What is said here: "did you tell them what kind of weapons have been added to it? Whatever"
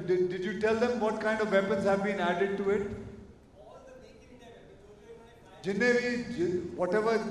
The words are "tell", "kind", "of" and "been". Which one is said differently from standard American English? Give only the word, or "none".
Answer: none